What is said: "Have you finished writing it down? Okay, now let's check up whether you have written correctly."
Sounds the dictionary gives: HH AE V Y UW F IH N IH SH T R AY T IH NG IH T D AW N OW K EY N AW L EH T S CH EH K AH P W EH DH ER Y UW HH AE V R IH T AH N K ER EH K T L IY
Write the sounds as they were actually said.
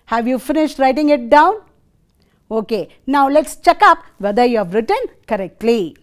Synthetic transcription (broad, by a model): HH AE V Y UW F IH N IH SH T R AY T IH NG IH T D AW N OW K EY N AW L EH T S CH EH K AH P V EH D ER Y UW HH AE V R IH T AH N K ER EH K T L IY